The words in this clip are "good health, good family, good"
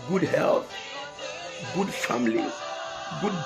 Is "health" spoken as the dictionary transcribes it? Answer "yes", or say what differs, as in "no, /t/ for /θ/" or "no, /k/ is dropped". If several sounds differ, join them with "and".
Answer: no, /t/ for /θ/